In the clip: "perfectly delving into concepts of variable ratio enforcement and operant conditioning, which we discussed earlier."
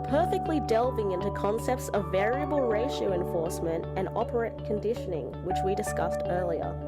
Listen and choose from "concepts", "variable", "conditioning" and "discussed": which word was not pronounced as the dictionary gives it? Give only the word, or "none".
none